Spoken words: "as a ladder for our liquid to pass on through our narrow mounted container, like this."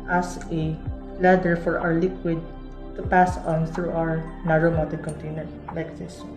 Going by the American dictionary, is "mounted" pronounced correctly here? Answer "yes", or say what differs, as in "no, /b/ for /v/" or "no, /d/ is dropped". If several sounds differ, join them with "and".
no, /n/ is dropped